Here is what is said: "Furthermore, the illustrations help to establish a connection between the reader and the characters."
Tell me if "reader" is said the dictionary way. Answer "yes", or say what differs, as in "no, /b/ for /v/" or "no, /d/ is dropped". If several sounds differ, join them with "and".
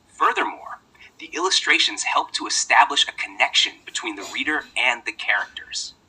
yes